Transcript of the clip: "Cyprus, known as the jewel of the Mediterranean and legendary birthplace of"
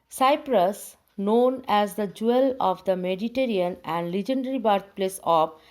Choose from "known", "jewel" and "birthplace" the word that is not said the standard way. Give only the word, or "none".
birthplace